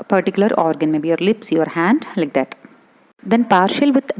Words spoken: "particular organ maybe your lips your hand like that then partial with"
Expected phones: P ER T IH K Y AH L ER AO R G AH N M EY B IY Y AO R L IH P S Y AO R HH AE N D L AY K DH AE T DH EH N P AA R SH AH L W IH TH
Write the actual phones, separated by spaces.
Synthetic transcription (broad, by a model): P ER T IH K Y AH L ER AO R G AH N M EY B IY Y AO R L IH P S Y AO R HH AE N D L AY K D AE T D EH N P AA R SH AH L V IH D